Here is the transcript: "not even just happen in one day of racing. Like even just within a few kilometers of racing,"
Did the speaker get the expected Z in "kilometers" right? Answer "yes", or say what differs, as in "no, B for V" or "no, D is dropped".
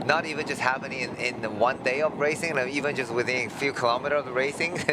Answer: no, Z is dropped